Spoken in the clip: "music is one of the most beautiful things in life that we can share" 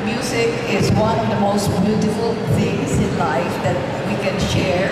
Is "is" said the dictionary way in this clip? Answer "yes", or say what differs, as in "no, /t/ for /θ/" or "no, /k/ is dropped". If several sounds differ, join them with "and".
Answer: yes